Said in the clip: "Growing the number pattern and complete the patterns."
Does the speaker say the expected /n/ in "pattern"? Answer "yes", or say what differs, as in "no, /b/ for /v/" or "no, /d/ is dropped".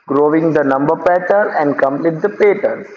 no, /n/ is dropped